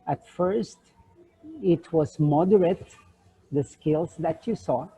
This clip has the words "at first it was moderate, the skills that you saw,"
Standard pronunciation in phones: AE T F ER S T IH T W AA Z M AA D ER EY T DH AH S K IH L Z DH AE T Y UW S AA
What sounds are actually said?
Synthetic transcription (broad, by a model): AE T F ER S T IH T W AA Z M AA D ER EY T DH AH S K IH L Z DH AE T Y UW S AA